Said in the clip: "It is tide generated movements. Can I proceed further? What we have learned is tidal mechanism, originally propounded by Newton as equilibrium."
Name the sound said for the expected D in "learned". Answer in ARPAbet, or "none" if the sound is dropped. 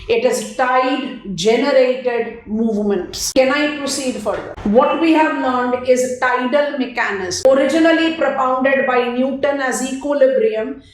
D